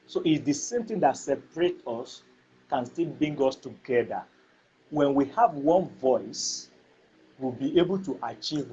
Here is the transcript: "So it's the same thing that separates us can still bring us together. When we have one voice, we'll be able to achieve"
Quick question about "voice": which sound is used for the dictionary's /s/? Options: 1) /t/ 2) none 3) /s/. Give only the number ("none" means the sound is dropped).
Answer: 3